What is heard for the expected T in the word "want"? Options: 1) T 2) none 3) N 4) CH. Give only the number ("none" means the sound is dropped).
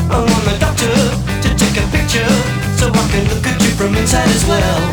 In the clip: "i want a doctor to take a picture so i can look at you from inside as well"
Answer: 2